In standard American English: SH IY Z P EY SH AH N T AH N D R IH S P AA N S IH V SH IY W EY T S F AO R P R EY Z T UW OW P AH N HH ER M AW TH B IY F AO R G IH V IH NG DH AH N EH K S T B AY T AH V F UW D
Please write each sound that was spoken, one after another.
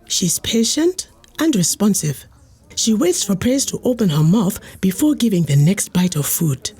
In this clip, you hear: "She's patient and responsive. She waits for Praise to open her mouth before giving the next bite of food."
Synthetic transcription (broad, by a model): SH IY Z P EY SH AH N T AH N D R IH S P AA N S IH V SH IY W EY T S F AO R P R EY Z T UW OW P AH N HH ER M AW TH B IY F AO R G IH V IH NG DH AH N EH K S T B AY T AH V F UW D